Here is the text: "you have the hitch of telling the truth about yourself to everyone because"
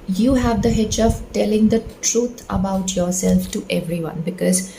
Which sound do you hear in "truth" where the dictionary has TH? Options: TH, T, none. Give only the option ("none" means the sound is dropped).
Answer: T